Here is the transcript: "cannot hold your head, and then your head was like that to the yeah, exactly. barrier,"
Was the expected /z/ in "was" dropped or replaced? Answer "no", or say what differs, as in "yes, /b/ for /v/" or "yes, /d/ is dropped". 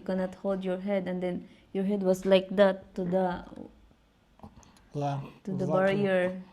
yes, /s/ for /z/